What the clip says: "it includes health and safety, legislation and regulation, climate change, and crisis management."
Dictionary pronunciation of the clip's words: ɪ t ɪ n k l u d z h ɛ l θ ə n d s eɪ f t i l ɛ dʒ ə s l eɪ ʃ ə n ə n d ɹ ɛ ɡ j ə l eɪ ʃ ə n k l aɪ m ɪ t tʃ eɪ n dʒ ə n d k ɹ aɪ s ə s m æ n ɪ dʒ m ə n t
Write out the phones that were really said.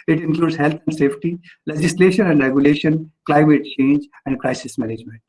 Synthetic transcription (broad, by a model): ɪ t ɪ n k l u d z h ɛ l t ə n d s eɪ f t i l ɛ dʒ ə s l eɪ ʃ ə n ə n d ɹ ɛ ɡ j ə l eɪ ʃ ə n k l aɪ m ɪ t tʃ eɪ n dʒ ə n d k ɹ aɪ s ə s m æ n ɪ dʒ m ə n t